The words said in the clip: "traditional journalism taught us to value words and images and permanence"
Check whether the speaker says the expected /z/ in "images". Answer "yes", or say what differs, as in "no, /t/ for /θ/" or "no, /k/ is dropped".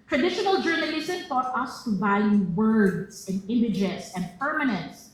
no, /s/ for /z/